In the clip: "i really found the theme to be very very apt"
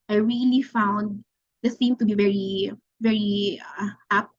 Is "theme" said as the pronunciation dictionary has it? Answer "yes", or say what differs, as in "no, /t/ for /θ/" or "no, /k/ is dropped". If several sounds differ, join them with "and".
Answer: no, /s/ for /θ/